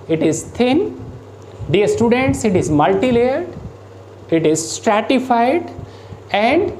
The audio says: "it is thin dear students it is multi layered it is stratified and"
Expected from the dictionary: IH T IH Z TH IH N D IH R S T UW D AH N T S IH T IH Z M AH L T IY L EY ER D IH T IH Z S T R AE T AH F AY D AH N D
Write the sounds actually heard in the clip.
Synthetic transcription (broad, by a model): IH T IH Z T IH N D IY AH S T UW D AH N T S IH T IH Z M AH L T IY L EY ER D IH T IH Z S T R AE T AH F AY D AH N D